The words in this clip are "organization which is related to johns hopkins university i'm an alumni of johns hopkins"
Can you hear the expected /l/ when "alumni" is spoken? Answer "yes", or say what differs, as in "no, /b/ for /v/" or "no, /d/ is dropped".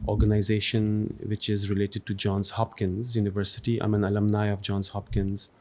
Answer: yes